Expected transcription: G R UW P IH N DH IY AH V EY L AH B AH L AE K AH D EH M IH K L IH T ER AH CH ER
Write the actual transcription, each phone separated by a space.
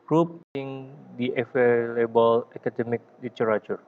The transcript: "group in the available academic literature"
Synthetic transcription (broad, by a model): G R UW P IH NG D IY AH F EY L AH B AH L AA K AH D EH M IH K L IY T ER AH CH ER